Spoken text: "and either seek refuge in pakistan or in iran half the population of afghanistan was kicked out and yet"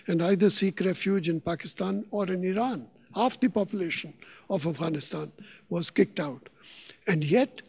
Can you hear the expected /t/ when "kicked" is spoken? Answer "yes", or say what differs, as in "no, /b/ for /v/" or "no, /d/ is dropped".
yes